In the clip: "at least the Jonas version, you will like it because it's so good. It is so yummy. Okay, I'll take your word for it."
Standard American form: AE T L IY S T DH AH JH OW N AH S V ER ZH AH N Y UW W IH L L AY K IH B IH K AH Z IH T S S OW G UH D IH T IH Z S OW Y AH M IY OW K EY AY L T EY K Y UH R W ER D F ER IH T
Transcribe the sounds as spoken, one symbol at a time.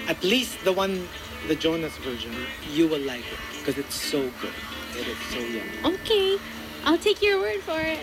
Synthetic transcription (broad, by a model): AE T L IY S T DH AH JH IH N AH S V ER ZH AH N Y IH W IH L L AY K IH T K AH Z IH T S S OW G UH D IH T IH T S OW Y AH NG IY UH K EY AY L T EY K Y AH R W ER D F ER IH T